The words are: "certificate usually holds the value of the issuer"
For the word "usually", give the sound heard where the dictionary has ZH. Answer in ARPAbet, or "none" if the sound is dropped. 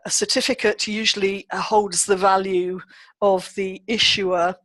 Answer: ZH